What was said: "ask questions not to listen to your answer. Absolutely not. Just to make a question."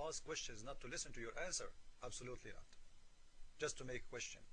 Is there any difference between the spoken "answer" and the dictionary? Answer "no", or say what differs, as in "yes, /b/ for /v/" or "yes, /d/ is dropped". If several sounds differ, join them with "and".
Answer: no